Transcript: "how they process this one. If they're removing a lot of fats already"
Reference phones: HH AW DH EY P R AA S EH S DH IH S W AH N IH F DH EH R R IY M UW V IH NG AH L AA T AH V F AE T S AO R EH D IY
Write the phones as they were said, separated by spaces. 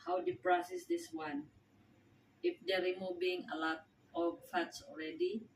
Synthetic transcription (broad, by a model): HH AW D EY P R AA S EH S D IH S W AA N IH F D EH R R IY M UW B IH NG AH L AA T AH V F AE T S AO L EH D IY